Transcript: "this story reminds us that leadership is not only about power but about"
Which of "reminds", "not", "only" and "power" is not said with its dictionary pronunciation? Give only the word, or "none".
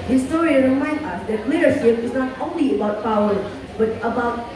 reminds